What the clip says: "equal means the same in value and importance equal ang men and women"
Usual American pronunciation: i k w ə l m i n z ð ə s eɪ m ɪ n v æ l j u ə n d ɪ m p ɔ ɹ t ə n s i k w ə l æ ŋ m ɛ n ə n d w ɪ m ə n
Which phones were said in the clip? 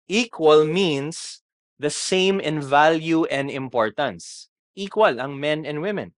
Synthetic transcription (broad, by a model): i k w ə l m i n s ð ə s eɪ m ɪ n v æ l j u ə n d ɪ m p ɔ ɹ t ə n s i k w ə l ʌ ŋ m ɛ n ə n d w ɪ m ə n